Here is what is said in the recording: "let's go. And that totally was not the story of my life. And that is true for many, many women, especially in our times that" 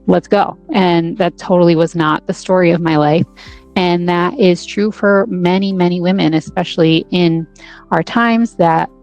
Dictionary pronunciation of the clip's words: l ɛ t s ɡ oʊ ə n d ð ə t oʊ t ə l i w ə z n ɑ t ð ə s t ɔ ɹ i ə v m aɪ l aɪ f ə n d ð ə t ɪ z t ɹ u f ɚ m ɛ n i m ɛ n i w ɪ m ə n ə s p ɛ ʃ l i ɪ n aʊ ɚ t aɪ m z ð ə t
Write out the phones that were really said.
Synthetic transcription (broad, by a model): l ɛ t s ɡ oʊ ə n ð ə t oʊ t l i w ə z n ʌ t ð ə s t ɔ ɹ i ə v m aɪ l aɪ f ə n ð ə t ɪ z t ɹ u f ɚ m ɛ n i m ɛ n i w ɪ m ə n ə s p ɛ ʃ l i ɪ n aʊ ɚ t aɪ m z ð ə t